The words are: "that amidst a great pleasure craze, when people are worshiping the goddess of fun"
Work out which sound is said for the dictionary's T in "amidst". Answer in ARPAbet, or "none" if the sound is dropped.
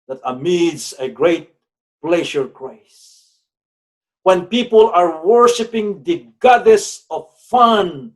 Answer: none